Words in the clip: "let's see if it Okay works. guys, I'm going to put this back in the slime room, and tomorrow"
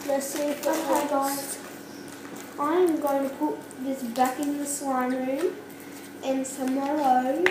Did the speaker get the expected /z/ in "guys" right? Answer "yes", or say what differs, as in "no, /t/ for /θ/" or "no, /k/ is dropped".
no, /z/ is dropped